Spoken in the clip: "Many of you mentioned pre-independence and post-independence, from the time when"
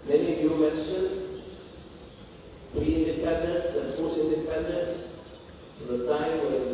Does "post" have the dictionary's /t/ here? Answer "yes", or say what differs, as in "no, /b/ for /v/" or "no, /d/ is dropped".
no, /t/ is dropped